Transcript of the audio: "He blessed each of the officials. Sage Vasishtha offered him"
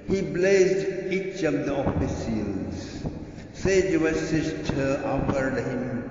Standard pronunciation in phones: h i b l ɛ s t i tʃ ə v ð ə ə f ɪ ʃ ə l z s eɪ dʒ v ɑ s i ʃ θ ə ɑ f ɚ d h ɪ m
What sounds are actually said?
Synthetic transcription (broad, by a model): h i b l ɛ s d i tʃ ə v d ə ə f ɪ s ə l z s eɪ dʒ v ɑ s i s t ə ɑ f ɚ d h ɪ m